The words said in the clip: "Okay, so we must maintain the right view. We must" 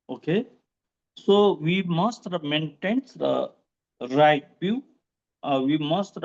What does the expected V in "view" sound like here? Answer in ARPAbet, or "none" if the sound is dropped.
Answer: B